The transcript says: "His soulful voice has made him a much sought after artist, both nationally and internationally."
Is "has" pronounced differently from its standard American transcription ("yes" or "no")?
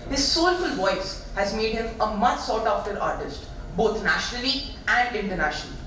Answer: no